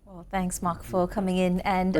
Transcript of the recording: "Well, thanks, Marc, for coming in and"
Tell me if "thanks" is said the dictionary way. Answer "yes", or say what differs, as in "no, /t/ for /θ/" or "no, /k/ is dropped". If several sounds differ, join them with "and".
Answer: yes